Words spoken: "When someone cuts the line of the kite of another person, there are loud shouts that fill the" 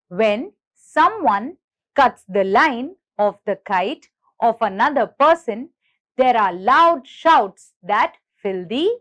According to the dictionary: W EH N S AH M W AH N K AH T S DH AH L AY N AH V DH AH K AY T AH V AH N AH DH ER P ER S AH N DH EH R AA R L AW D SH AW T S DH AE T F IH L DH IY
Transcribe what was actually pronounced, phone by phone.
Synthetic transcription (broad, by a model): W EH N S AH M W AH N K AH T S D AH L AY N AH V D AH K AY T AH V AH N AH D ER P ER S AH N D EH R AA R L AW D SH AW T S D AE T F IH L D IY